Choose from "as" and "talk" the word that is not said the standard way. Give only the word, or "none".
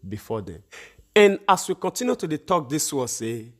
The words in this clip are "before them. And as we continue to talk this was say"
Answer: as